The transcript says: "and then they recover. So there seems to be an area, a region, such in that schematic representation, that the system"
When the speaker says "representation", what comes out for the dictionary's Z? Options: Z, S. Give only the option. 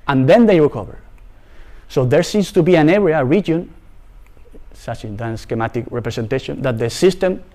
S